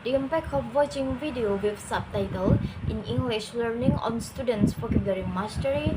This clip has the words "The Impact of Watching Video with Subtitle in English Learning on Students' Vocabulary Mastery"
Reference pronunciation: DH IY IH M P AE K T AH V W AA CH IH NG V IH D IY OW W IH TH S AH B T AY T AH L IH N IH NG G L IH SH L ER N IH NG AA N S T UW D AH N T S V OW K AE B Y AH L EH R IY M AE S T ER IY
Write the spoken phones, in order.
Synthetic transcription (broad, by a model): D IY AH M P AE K AH P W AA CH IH NG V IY D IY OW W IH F S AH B T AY T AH L IH N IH NG G L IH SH L ER N IH NG AA N S T UW D AH N T S F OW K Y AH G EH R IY M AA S T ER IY